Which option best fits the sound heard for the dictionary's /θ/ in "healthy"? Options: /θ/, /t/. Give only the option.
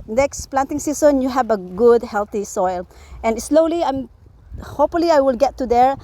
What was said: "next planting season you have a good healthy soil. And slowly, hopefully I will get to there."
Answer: /t/